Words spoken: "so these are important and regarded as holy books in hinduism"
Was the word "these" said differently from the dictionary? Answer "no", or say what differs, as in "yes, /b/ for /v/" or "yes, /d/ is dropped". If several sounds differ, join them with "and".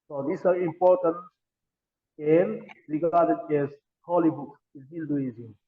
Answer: yes, /s/ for /z/